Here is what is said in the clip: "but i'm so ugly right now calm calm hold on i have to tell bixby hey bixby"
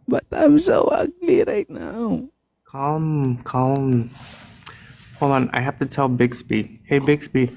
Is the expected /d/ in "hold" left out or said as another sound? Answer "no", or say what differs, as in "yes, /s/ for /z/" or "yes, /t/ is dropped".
yes, /d/ is dropped